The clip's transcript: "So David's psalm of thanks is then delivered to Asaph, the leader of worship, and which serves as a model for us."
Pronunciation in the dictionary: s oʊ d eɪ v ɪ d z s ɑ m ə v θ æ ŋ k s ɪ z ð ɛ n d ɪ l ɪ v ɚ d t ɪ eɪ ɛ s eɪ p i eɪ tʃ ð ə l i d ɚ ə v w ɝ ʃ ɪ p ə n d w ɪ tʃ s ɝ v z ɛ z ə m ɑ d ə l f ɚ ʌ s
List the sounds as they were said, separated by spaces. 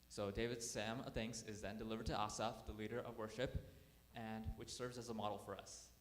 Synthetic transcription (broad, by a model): s oʊ d eɪ v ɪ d s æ m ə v θ æ ŋ k s ɪ z ð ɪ n d ɪ l ɪ v ɚ d t ɪ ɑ s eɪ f ð ə l i d ɚ ə v w ɝ ʃ ɪ p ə n w ɪ tʃ s ɝ v z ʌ z ə m ɑ d l f ɚ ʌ s